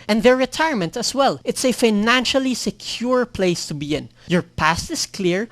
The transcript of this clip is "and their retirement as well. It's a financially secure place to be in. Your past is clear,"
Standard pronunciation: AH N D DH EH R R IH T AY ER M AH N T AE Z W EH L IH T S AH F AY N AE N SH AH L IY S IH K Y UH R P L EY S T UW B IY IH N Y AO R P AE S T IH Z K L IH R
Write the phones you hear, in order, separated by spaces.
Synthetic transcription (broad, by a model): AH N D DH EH R R IH T AY ER M AH N T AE S W EH L IH T S AH F AY N AE N SH AH L IY S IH K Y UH R P L EY S T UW B IY IH N Y AO R P AE S T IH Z K L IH R